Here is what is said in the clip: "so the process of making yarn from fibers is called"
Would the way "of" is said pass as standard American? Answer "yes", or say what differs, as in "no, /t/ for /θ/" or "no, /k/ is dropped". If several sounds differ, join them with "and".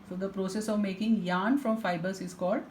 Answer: yes